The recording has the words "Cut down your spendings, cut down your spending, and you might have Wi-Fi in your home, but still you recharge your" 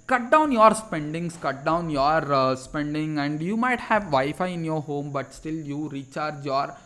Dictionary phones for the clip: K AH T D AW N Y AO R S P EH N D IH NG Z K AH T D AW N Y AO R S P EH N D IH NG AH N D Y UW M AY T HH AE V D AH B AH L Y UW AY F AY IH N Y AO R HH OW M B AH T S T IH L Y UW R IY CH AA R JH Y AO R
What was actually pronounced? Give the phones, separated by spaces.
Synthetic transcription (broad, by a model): K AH T D AW N Y AO R S P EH N D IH NG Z K AH T D AW N Y AO R S P EH N D IH NG AH N D Y UW M AY T HH AE V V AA AH F AY IH N Y AO R HH OW M B AH T S T IH L Y UW R IY CH AA R JH Y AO R